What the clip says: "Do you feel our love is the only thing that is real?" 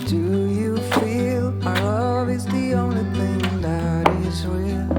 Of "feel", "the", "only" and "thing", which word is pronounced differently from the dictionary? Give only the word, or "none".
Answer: none